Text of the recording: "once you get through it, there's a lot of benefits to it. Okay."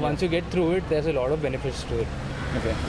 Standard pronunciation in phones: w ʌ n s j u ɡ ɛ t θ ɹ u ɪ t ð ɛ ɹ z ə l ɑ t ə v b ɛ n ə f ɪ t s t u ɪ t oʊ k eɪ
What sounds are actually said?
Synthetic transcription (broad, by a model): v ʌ n s j u ɡ ɛ t t ɹ u ɪ t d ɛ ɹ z ə l ɑ t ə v b ɛ n ə f ɪ t s t u ɪ t oʊ k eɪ